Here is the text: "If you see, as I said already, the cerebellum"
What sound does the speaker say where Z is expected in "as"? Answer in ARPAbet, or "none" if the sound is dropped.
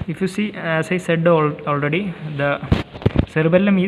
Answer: S